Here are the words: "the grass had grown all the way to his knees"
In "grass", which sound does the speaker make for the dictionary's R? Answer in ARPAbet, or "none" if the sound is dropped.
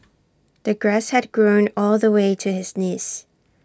R